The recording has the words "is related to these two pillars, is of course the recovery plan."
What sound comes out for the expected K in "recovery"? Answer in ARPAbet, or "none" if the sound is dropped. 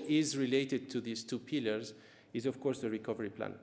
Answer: K